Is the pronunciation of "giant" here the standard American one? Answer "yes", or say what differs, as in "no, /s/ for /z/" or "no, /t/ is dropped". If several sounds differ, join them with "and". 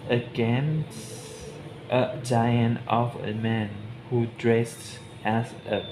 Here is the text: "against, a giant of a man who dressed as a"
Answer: yes